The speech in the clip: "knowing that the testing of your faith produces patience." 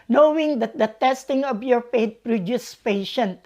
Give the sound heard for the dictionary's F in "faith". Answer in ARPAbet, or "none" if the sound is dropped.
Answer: P